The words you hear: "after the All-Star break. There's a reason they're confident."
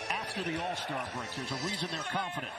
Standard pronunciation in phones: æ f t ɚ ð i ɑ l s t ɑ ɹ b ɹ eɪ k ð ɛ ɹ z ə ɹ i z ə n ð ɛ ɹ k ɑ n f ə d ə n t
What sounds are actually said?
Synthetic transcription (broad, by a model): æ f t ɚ ð i ɑ l s t ɑ ɹ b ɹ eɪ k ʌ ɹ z ə ɹ i z ə n ð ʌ ɹ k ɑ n f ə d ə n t